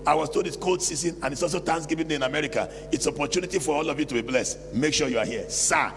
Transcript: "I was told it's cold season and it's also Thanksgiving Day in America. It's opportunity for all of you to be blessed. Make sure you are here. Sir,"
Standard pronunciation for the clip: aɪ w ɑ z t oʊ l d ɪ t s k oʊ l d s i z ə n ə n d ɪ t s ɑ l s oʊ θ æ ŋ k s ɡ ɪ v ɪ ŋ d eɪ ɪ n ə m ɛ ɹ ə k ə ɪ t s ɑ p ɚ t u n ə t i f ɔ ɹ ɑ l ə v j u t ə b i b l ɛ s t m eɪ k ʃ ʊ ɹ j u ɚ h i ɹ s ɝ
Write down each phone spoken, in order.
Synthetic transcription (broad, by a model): aɪ w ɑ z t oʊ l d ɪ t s k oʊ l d s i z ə n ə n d ɪ t s ɑ l s oʊ t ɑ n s ɡ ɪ v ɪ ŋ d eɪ ɪ n ə m ɛ ɹ ə k ə ɪ t s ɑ p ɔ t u n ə t i f ɔ ɹ ɑ l ə v j u t ə b i b l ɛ s m eɪ k ʃ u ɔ j u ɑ h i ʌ s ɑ